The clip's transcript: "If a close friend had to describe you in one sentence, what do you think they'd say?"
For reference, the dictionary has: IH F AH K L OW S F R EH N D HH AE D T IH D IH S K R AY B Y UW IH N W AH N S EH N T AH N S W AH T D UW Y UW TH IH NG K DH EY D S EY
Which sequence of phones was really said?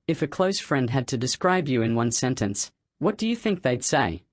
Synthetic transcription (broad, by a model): IH F AH K L OW S F R EH N D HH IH D T IH D IH S K R AY B Y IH IH N W AH N S EH N T AH N S W AH T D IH Y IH TH IH NG K DH EY D S EY